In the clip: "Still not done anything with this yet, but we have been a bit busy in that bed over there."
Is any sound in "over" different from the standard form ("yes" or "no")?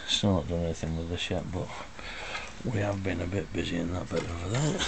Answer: yes